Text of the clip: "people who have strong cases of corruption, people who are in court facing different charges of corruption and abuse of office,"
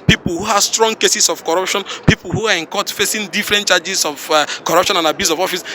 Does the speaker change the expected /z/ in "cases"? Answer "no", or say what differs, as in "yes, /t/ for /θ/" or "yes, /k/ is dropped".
yes, /s/ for /z/